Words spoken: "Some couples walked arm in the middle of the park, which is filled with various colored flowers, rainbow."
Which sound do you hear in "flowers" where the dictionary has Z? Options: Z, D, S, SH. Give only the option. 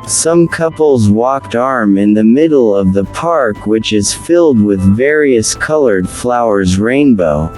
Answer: Z